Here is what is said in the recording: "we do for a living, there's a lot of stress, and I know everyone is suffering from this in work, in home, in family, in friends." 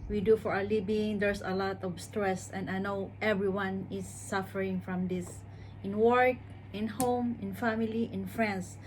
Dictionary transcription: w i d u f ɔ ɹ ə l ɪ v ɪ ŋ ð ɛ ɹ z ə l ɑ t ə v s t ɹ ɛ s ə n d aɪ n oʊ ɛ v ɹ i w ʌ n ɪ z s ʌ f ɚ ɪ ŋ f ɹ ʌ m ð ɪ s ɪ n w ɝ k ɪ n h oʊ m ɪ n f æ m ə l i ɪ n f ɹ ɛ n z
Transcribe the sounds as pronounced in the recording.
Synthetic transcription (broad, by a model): w i d u f ɔ ɹ ə l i b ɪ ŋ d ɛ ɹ s ə l ɑ t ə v s t ɹ ɛ s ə n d aɪ n oʊ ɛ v ɹ i w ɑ n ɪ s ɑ f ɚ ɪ ŋ f ɹ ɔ m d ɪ s ɪ n w ɝ k ɪ n h oʊ m ɪ n f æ m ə l i ɪ n f ɹ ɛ n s